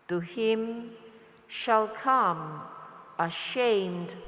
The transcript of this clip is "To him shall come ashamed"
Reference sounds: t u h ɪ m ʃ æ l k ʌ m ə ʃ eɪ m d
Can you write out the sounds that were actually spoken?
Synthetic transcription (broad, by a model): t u h ɪ m ʃ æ l k ʌ m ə ʃ eɪ m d